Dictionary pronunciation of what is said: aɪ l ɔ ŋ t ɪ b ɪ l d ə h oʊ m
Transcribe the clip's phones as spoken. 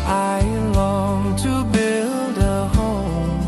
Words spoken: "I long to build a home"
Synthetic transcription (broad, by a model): aɪ l ɔ ŋ t ɪ b ɪ l d ə h oʊ m